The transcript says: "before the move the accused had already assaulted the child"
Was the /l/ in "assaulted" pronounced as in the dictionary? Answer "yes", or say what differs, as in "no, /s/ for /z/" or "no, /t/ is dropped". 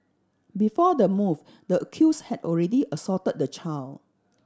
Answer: no, /l/ is dropped